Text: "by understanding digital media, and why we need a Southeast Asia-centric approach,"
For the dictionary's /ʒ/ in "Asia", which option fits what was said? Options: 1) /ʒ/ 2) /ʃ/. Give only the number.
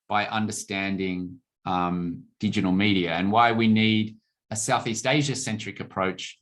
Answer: 1